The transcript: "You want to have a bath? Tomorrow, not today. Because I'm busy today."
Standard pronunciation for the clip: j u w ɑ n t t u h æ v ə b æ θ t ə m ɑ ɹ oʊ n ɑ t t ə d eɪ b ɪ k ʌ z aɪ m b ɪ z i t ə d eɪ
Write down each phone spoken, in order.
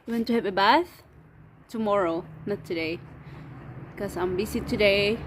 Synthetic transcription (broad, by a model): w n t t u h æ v ə b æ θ t ə m ɑ ɹ oʊ n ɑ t t ə d eɪ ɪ k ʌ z aɪ m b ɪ s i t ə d eɪ